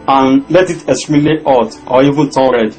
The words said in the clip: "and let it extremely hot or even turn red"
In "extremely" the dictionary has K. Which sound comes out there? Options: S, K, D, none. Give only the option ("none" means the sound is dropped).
none